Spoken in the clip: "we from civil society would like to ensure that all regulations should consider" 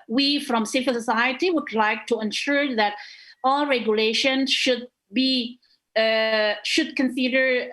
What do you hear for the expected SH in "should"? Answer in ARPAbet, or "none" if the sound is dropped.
SH